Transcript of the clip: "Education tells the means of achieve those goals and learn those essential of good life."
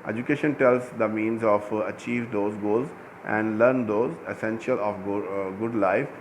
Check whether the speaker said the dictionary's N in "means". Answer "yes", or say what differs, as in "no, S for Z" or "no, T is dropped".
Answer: yes